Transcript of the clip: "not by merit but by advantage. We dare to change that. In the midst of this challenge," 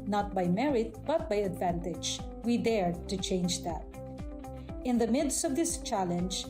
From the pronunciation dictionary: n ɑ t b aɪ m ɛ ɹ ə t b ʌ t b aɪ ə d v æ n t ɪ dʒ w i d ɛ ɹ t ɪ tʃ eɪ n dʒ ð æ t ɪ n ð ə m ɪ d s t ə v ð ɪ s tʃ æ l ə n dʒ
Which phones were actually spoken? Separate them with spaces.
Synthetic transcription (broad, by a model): n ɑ t b aɪ m ɛ ɹ ə t b ʌ t b aɪ ə d v æ n t ɪ dʒ w i d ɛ ɹ t ɪ tʃ eɪ n dʒ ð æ t ɪ n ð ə m ɪ d s t ə v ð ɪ s tʃ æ l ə n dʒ